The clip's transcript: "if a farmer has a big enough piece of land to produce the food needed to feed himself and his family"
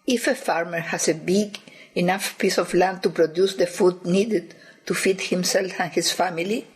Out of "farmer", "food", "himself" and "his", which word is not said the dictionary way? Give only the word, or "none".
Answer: his